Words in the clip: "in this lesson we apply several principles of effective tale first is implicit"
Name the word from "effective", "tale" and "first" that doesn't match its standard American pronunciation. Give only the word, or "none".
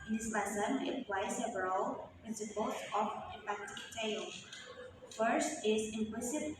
effective